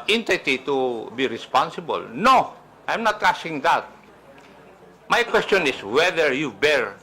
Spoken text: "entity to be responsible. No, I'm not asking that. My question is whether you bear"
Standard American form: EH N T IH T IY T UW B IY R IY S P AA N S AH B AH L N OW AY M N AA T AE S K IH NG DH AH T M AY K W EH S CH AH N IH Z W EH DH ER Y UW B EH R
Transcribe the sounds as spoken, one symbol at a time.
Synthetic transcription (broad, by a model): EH N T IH T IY T UW B IY R IY S P AA N S AH B AH L N OW AY M N AA T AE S IH NG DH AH T M AY K W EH S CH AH N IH S W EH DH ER Y UW B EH R